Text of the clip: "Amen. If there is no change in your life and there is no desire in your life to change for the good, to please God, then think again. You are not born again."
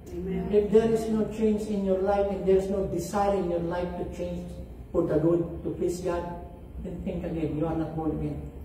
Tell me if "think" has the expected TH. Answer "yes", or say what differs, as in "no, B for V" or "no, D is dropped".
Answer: no, T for TH